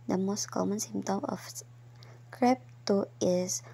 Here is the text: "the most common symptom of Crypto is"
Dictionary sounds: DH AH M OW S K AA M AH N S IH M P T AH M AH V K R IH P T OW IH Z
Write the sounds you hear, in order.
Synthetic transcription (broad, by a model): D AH M OW S K AA M AH N S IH M T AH M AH F K R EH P T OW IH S